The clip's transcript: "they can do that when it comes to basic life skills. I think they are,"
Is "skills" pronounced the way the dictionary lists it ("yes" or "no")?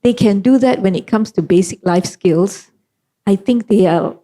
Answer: no